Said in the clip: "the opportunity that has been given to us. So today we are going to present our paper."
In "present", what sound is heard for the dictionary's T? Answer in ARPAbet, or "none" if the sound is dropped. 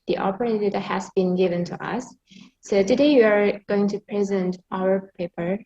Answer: T